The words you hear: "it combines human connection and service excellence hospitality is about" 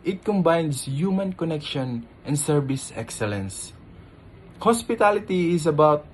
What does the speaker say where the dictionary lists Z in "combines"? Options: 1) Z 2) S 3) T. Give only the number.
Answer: 2